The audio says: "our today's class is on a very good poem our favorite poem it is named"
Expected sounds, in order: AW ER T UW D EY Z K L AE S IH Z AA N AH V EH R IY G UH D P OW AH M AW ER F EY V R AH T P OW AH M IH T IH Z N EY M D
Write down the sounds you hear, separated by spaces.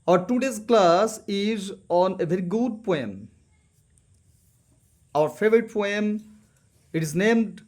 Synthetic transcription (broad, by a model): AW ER T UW D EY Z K L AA S IH Z AA N AH V EH R IY G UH D P OW AH M AW ER F EY V R AH T P OW AH M IH T IH Z N EY M D